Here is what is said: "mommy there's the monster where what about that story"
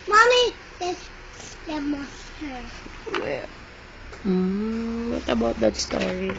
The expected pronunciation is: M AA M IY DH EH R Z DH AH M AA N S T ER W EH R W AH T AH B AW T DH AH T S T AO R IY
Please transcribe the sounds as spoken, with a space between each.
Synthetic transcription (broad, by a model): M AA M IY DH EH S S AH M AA S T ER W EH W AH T AH B AW T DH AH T S T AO R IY